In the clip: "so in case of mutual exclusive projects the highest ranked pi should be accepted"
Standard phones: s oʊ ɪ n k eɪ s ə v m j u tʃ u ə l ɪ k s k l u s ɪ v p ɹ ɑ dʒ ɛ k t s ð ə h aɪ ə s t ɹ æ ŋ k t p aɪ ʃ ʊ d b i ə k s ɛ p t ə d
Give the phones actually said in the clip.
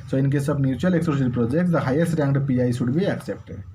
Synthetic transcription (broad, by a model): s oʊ ɪ n k eɪ s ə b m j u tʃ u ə l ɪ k s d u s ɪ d p ɹ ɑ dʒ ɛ k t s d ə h aɪ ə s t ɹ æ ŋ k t p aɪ s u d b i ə k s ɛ p t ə